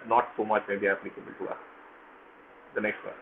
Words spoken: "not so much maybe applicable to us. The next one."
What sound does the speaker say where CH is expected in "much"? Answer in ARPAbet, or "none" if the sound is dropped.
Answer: CH